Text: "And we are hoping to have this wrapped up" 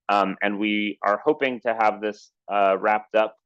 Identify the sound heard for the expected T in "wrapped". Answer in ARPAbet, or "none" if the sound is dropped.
T